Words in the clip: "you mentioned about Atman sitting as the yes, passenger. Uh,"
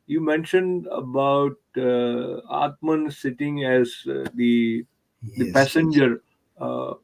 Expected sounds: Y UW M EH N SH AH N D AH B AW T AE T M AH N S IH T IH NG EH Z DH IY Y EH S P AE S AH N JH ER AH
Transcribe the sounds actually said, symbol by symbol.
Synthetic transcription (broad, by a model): Y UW M EH N SH AH N D AH B AW T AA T M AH N S IH T IH NG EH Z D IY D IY P AE S AH N JH ER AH